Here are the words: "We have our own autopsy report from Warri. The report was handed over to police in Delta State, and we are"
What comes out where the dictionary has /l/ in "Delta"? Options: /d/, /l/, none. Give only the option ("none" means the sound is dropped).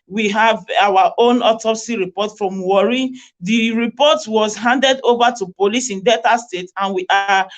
none